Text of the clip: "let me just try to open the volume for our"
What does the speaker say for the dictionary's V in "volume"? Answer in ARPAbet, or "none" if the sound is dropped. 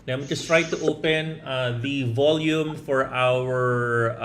V